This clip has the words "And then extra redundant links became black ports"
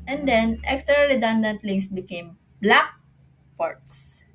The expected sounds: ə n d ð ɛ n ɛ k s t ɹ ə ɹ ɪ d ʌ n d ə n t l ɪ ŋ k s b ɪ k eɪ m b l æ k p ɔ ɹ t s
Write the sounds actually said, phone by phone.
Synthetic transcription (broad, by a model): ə n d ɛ n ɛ k s t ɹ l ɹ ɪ d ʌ n d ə n t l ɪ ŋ s b ɪ k eɪ m b l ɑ k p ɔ ɹ t s